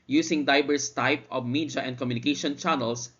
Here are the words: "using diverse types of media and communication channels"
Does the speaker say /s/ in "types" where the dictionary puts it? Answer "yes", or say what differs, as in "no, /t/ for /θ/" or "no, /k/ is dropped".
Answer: no, /s/ is dropped